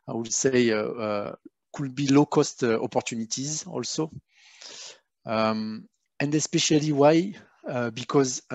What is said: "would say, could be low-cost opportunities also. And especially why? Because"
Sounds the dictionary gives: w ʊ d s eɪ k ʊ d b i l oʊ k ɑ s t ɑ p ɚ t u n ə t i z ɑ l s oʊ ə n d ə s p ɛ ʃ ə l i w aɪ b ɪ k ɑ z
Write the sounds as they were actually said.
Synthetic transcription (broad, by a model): w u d s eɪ k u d b i l oʊ k ɑ s t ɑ p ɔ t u n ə t i z ɑ l s oʊ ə n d ə s p ɛ ʃ ə l i w aɪ b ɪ k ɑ z